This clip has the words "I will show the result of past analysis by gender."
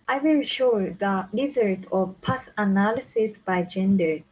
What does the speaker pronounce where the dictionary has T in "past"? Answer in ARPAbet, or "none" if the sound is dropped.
none